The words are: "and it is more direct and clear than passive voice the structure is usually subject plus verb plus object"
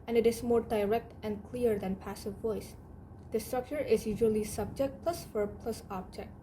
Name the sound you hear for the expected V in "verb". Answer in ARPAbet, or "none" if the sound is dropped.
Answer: F